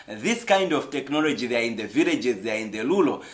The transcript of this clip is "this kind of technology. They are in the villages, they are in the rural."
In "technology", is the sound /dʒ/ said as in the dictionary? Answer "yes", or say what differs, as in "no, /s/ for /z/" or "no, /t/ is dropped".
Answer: yes